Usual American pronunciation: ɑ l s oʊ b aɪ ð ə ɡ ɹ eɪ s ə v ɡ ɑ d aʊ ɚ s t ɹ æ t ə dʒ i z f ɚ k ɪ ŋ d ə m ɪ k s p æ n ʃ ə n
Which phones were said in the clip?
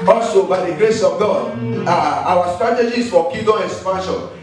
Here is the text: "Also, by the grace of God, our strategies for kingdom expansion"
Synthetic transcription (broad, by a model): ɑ l s oʊ b aɪ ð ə ɡ ɹ eɪ s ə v ɡ ɑ d aʊ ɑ s t ɹ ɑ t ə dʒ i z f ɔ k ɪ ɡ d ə ɪ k s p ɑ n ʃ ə n